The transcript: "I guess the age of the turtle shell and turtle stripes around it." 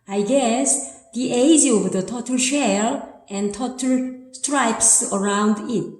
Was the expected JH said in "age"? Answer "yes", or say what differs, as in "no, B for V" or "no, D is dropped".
no, Z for JH